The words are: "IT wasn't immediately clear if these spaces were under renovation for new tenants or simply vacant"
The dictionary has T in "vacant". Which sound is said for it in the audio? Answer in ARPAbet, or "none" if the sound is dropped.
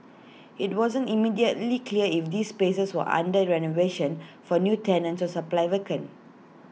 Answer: none